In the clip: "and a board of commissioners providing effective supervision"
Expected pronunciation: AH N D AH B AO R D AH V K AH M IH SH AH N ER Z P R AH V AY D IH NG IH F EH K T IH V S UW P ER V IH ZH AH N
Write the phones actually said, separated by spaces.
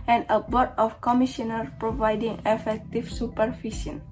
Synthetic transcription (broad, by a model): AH N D AH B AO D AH F K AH M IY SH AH N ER P R AH V AY D IH NG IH F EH K T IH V S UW P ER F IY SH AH N